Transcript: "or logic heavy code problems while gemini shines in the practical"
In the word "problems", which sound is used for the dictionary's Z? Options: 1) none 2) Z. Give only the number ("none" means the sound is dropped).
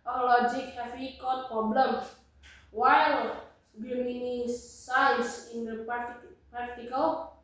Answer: 1